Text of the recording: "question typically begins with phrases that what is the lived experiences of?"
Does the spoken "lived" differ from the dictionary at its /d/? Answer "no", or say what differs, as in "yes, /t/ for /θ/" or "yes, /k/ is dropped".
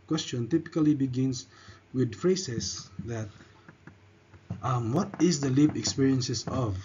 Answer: yes, /d/ is dropped